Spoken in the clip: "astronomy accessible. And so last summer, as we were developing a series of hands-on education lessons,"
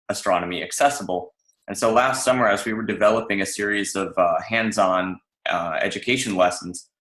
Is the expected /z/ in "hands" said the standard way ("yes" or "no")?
yes